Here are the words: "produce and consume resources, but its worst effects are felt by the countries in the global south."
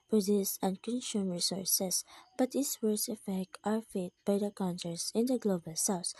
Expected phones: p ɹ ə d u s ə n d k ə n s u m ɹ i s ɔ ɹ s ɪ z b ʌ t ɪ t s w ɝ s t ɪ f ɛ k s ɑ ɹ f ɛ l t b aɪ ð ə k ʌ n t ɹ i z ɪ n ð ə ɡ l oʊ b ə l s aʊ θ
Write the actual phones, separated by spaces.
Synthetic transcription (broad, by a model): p ɹ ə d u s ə n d k ə n s u m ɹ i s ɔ ɹ s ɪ s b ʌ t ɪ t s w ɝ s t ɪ f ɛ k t ɑ ɹ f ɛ t b aɪ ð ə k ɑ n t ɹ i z ɪ n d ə ɡ l oʊ b ə l s aʊ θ